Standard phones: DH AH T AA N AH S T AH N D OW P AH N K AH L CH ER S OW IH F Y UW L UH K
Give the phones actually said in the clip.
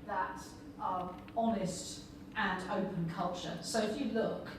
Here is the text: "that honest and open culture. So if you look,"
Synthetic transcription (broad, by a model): DH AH T AA N AH S T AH N OW P AH N K AH L CH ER S OW IH F Y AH L UH K